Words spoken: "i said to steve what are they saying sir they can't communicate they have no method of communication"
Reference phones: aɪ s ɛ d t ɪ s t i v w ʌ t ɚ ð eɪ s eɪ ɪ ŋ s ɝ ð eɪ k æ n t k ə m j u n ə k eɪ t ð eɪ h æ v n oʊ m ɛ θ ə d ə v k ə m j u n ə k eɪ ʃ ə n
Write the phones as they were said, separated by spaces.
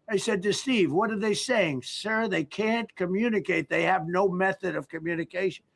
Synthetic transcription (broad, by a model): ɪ s ɛ d t ɪ s t i v w ʌ t ɚ ð eɪ s eɪ ɪ ŋ s ɝ ð eɪ k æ n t k ə m j u n ə k eɪ t ð eɪ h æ v n oʊ m ɛ θ ə d ə v k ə m j u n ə k eɪ ʃ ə n